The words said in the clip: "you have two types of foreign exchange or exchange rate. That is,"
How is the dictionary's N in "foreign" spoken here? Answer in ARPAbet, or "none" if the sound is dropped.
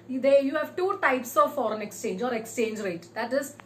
N